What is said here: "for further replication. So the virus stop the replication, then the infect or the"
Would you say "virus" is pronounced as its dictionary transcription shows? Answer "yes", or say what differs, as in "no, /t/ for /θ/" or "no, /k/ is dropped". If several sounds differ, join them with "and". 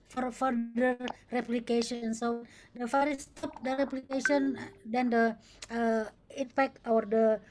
no, /f/ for /v/